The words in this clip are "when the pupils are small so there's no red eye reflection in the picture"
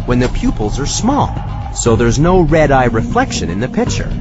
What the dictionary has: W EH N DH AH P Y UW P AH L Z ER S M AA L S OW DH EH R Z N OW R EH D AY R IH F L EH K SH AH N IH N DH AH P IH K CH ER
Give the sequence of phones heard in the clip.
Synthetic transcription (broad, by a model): W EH N DH AH P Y UW P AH L Z ER S M AA L S OW DH EH R Z N OW R EH D AY R IH F L EH K SH AH N IH N DH AH P IH K CH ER